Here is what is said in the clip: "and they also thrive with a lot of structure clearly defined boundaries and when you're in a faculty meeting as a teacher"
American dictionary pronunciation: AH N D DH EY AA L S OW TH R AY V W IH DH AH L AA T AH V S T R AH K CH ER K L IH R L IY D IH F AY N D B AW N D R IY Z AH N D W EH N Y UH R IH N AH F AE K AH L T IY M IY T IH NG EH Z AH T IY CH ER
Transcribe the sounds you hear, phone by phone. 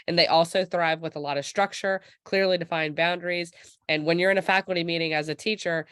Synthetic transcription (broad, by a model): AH N DH EY AA L S OW TH R AY V W IH DH AH L AA T AH V S T R AH K CH ER K L IH R L IY D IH F AY N B AW N D R IY Z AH N W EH N Y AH R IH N AH F AE K L T IY M IY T IH NG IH Z AH T IY CH ER